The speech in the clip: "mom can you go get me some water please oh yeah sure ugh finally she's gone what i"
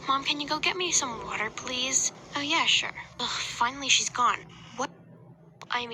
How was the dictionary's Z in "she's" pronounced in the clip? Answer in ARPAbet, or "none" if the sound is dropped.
Z